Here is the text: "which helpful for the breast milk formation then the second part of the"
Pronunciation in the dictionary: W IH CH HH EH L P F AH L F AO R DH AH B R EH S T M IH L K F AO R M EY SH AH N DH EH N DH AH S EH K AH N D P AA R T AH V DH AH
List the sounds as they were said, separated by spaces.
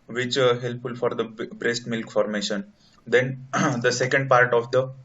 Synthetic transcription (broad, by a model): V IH CH HH EH L P F AH L F AO R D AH B R EH S T M IH L K F AO R M EY SH AH N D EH N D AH S EH K AH N D P AA R T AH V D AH